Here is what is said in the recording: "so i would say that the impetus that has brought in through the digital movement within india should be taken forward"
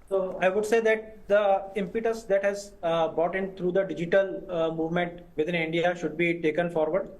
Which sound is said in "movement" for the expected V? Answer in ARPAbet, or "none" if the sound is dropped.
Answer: V